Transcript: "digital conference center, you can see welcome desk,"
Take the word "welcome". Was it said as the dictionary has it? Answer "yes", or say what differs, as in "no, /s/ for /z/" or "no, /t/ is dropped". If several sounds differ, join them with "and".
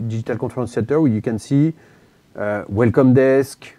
yes